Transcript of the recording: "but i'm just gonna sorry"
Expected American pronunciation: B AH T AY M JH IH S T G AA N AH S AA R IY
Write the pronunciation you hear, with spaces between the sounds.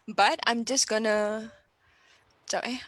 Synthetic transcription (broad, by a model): B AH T AY M JH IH S G AA N AH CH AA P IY